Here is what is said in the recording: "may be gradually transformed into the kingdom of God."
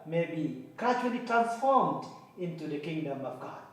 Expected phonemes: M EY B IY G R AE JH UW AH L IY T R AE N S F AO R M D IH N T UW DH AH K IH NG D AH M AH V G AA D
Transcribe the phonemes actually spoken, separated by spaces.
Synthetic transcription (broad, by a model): M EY B IY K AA CH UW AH L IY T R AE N F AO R M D IH N T UW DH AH K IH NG D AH M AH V G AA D